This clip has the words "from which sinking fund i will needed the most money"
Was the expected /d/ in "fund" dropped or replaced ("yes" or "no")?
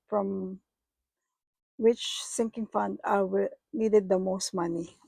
no